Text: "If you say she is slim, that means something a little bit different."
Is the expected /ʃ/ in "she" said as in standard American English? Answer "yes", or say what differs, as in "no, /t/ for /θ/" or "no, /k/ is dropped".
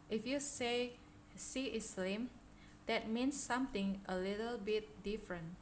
no, /s/ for /ʃ/